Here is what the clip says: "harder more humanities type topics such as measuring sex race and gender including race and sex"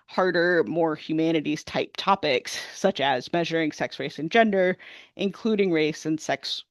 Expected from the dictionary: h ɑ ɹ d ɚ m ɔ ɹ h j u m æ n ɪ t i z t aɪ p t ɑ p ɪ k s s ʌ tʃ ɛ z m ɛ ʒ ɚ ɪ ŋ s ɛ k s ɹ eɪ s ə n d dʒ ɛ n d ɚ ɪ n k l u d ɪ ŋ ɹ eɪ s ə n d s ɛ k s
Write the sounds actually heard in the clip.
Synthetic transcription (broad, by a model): h ɑ ɹ d ɚ m ɔ ɹ h j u m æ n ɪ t i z t aɪ p t ɑ p ɪ k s s ʌ tʃ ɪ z m ɛ ʒ ɚ ɪ ŋ s ɛ k s ɹ eɪ s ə n dʒ ɛ n d ɚ ɪ n k l u d ɪ ŋ ɹ eɪ s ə n s ɛ k s